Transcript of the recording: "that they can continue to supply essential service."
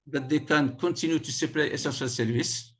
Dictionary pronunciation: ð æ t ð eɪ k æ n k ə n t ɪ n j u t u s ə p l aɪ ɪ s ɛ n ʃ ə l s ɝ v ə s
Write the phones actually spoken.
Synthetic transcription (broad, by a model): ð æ t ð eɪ k æ n k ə n t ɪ n j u t u s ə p l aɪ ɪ s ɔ ʃ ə l s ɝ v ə s